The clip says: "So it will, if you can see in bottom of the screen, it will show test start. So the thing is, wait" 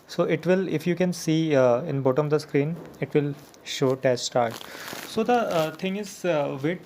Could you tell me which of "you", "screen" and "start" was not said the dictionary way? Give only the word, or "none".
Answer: none